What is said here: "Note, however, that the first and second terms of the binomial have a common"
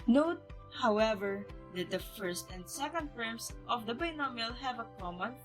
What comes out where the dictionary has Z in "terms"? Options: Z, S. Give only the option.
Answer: S